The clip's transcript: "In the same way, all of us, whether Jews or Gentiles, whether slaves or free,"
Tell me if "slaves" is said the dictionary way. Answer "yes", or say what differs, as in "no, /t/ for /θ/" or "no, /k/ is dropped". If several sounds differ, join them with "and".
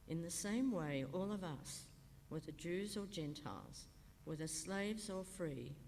yes